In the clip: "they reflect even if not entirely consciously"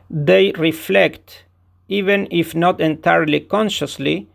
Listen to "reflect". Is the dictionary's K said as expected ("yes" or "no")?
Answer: yes